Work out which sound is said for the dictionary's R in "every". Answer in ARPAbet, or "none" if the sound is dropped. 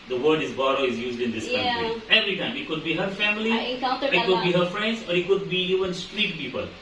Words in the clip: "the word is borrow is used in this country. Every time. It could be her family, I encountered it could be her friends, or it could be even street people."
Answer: R